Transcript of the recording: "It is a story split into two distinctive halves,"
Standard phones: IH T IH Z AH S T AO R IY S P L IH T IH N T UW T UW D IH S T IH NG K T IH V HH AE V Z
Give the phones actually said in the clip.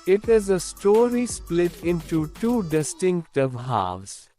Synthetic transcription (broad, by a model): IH T IH Z AH S T AO R IY S P L IH T IH N T UW T UW D IH S T IH NG K T IH V HH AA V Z